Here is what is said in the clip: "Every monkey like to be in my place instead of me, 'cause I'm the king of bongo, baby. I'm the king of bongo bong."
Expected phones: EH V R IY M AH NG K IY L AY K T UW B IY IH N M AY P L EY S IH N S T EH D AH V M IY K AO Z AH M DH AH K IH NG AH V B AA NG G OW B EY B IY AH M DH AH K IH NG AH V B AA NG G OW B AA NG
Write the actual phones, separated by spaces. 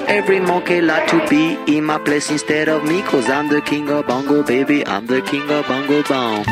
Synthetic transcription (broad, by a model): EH V R IY M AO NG K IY L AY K T UW B IY IH N M AY P L EY S IH N S T EH D AH V M IY K AO Z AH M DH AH K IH NG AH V B AA NG G OW B EY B IY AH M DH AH K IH NG AH V B AA NG G OW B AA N